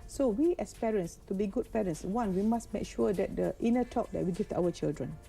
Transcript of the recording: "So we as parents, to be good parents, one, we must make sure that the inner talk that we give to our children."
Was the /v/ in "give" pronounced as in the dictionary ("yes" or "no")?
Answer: no